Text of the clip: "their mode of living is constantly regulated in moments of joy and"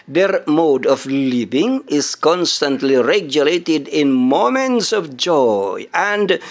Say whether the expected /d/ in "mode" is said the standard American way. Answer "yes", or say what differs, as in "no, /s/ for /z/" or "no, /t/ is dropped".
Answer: yes